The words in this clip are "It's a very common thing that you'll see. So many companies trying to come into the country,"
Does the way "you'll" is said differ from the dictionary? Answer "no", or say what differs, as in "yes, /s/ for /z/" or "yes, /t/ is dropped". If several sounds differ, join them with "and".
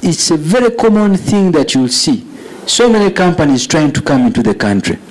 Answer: no